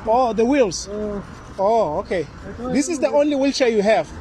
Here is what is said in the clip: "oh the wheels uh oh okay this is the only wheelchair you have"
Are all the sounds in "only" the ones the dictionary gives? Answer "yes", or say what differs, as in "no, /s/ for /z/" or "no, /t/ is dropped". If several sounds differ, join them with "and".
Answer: yes